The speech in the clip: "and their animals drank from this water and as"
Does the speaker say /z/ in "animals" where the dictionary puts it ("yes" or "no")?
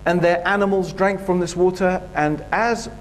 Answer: yes